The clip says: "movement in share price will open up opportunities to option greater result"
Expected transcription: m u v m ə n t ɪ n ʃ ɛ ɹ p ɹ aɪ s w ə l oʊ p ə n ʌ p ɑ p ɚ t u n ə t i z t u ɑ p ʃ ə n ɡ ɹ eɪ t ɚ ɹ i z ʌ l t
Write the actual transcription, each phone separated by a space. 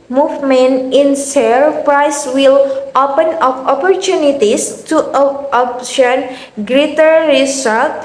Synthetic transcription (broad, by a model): m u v m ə n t ɪ n s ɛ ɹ p ɹ aɪ s w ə l oʊ p ə n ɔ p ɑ p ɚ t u n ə t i s t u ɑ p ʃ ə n ɡ ɹ eɪ t ɚ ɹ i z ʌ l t